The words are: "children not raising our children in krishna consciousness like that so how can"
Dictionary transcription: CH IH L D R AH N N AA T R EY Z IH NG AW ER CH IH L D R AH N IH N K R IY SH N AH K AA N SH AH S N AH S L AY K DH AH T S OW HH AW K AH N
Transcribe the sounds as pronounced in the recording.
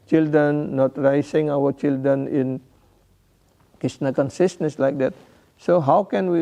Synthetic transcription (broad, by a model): CH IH L D R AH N N AA T R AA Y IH NG AW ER CH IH L D R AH N IH N K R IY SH N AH K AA N S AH S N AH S L AY K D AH T S OW HH AW K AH N